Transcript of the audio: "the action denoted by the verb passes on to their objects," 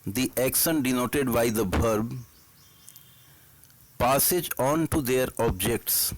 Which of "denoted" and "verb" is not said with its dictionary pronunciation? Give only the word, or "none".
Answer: verb